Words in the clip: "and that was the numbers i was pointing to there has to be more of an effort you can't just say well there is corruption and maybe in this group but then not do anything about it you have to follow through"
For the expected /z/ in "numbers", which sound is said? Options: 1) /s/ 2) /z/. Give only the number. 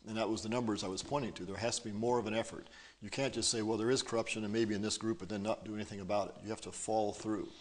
2